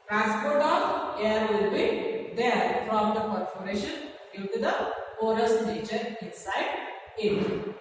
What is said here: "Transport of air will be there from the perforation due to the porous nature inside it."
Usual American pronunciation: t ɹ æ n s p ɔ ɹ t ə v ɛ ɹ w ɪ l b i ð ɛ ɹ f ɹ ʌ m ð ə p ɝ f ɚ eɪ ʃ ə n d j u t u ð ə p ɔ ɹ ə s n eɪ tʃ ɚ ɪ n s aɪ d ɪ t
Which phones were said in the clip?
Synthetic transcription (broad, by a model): t ɹ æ n s p ɔ ɹ t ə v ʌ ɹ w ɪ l b i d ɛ ɹ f ɹ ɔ m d ə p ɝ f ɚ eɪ ʃ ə n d j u t u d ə f ɔ ɹ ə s n eɪ tʃ ɚ ɪ n s aɪ d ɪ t